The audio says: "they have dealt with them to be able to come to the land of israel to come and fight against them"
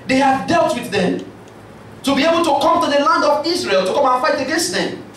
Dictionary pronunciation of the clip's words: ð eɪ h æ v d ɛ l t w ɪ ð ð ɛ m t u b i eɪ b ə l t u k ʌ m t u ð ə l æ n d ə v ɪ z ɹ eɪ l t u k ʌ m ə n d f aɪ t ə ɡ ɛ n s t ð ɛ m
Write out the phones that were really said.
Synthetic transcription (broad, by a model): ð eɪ h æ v d ɛ l t w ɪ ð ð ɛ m t u b i eɪ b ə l t u k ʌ m t u ð ə l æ n d ə v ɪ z ɹ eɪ l t u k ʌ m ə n f aɪ t ə ɡ ɛ n s t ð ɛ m